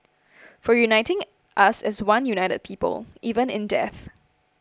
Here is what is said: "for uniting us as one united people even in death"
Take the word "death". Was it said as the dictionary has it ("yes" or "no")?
yes